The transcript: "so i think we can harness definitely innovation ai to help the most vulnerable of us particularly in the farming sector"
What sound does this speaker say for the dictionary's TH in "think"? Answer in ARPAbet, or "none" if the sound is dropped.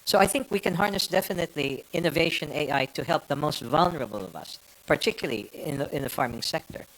TH